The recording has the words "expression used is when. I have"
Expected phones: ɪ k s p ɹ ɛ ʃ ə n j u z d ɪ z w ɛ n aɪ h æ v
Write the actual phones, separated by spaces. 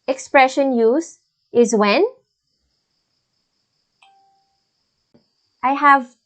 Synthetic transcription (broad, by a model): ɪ k s p ɹ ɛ ʃ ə n j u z ɪ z w ɛ n aɪ h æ v